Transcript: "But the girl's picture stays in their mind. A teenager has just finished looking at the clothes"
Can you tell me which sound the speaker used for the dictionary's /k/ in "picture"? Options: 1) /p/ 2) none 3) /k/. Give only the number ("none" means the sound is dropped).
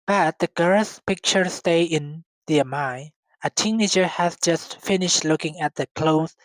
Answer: 3